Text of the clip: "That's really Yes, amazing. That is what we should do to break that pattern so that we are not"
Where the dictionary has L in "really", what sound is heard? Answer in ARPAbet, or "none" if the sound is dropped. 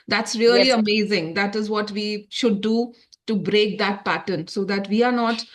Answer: none